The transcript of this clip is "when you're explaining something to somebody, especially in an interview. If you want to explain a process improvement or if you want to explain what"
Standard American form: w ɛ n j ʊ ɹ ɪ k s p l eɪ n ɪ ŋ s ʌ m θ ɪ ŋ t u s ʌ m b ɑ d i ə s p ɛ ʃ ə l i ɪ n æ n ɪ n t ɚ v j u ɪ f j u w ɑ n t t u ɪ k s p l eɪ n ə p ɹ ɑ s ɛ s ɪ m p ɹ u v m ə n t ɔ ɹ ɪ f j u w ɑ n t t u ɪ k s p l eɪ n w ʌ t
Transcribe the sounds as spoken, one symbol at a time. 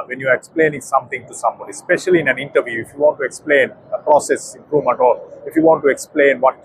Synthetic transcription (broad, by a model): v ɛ n j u ɹ ɪ k s p l eɪ n ɪ ŋ s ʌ m t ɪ ŋ t u s ʌ m b ɑ d i s p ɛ ʃ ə l i ɪ n æ n ɪ n t ɚ v j u ɪ f j u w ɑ n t t u ɪ k s p l eɪ n ə p ɹ ɑ s ɛ s ɪ m p ɹ u v m ə n t ɔ l ɪ f j u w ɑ n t t u ɪ k s p l eɪ n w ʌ t